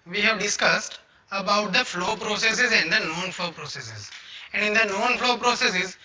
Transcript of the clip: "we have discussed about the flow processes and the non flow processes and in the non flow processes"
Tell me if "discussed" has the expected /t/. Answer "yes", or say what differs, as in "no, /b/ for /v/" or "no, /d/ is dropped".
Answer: yes